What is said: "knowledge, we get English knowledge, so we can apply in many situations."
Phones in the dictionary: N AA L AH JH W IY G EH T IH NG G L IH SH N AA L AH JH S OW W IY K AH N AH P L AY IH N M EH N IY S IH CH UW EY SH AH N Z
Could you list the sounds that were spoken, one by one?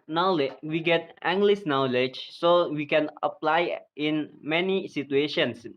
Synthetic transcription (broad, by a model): N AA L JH W IY G EH T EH NG G L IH S N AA L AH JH S OW W IY K AH N AH P L AY IH N M EH N IY S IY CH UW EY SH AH N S